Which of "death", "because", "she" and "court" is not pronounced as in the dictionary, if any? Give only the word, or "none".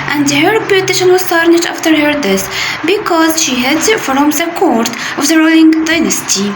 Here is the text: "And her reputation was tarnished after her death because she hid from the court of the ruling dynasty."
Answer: death